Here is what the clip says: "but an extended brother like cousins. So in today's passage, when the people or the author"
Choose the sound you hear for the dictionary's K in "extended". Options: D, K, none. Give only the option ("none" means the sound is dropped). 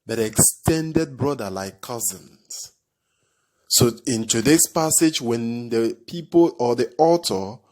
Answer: K